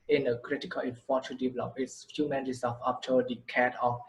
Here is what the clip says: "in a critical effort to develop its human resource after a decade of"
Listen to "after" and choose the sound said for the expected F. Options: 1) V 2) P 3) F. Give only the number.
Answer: 2